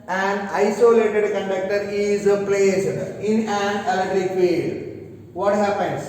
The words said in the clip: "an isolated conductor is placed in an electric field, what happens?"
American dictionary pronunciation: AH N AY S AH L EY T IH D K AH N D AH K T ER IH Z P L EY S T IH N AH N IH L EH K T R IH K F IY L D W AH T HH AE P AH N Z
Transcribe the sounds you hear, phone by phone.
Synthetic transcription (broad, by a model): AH N AY S AH L EY T IH D K AH N D AH K T ER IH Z P L EY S IH N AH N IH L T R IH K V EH D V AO T HH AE P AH N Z